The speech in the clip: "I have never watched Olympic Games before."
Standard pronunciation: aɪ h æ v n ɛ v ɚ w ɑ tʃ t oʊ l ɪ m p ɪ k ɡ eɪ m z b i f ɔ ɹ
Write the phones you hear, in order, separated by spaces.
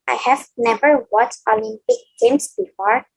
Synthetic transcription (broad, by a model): aɪ h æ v n ɛ v ɚ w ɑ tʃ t oʊ l ɪ m p ɪ k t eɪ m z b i f ɔ ɹ